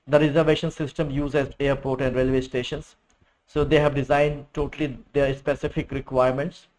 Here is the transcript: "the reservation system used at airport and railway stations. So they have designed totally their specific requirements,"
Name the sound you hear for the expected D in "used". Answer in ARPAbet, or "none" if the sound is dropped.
none